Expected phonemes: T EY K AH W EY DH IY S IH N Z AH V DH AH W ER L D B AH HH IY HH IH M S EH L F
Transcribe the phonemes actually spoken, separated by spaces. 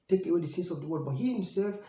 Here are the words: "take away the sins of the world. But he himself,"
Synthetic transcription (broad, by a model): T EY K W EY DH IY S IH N S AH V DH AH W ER D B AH HH IY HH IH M S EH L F